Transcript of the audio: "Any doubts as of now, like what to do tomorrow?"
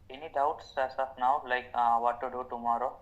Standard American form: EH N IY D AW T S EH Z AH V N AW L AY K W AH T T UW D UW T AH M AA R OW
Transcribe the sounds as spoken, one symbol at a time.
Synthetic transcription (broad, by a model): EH N IY D AW T S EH S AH F N AW L AY K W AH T T UW D UW T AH M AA R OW